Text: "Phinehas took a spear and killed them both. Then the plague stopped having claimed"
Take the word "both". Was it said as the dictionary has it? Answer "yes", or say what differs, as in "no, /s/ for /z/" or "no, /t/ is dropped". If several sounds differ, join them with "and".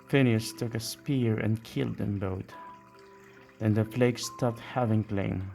no, /t/ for /θ/